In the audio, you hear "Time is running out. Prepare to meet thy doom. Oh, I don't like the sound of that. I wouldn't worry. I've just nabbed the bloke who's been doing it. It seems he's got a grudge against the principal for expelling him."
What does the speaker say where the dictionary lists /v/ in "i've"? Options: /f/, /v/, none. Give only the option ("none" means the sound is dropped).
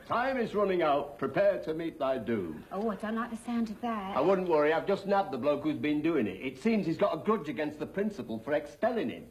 /v/